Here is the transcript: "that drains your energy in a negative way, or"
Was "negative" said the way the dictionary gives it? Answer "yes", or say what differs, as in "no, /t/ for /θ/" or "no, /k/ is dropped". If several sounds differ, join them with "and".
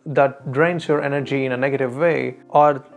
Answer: yes